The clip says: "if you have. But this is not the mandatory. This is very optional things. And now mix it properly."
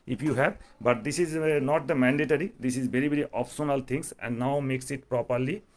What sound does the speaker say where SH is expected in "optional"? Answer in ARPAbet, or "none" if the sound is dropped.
S